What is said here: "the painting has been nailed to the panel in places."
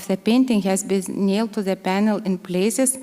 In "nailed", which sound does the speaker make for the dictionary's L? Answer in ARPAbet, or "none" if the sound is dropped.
L